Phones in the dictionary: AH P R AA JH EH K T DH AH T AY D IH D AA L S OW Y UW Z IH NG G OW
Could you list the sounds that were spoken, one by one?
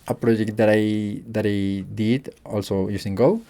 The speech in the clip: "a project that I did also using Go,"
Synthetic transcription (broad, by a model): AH P R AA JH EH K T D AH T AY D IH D AA L S OW Y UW S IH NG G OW